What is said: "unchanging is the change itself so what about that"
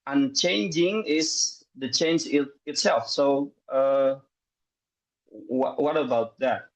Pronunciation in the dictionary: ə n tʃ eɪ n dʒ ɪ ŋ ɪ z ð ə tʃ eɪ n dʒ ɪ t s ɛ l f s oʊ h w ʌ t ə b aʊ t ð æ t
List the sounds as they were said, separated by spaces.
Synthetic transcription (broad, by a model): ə n tʃ eɪ n dʒ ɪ ŋ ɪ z ð ə tʃ eɪ n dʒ ɪ t s ɛ l f s oʊ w w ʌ t ə b aʊ t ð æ t